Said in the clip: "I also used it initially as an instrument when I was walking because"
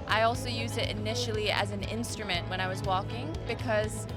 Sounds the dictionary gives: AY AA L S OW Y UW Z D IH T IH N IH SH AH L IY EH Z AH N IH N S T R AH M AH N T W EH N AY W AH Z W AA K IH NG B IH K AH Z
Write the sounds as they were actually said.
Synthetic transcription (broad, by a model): AY AA L S OW Y UW Z D IH T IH N IH SH L IY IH Z N IH N S T R AH M AH N T W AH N AY W AH Z W AA K IH NG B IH K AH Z